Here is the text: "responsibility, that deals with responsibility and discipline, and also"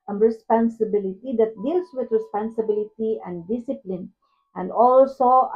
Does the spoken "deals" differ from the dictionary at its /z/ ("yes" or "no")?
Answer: yes